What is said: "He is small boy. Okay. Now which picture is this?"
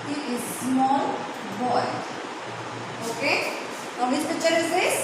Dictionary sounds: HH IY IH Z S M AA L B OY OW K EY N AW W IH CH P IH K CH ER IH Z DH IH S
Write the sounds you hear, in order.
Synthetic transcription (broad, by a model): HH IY IH Z S M AA L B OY OW K EY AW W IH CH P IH CH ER IH Z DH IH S